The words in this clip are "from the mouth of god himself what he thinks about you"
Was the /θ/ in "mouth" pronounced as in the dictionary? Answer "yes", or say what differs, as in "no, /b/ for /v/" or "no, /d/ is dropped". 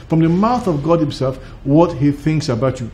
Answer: yes